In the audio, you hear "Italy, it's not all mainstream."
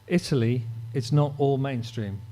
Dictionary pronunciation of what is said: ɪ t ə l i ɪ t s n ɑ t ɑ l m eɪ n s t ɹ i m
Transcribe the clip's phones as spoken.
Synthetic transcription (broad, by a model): ɪ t ə l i ɪ t s n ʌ t ɑ l m eɪ n s t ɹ i m